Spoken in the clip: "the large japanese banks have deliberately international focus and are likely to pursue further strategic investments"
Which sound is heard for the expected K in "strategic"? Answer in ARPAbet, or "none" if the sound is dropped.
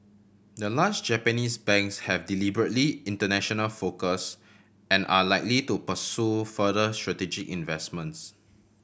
K